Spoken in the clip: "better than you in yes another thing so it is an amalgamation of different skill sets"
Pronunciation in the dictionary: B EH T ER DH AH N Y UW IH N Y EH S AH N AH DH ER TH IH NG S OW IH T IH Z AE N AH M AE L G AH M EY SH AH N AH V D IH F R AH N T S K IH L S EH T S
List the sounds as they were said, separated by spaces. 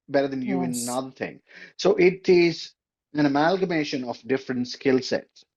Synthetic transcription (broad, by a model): B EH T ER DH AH N Y UW IH N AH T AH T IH NG S OW IH T IH Z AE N AH M AE L G AH M EY SH AH N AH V D IH F R AH N T S K IH L S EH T S